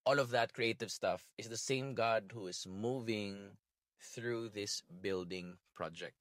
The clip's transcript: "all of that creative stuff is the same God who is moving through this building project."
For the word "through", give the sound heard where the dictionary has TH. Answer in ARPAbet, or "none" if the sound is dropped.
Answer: TH